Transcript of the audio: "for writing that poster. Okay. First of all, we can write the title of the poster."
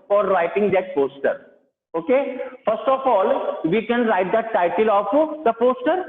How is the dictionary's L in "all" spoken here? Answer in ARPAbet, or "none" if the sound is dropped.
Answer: L